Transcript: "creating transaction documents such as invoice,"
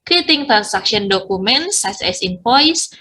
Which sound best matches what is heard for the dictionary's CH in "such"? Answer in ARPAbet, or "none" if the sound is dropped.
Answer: S